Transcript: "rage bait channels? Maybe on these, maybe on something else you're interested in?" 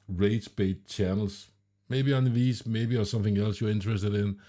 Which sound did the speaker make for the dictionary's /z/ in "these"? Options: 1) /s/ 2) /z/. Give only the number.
1